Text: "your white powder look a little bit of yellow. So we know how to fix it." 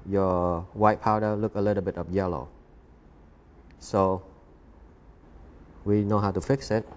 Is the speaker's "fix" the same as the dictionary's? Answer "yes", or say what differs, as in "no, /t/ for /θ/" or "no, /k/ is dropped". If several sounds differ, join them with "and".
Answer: yes